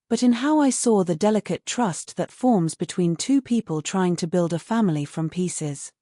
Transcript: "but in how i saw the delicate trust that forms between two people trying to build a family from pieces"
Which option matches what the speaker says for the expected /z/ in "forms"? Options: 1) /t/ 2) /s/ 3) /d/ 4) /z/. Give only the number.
4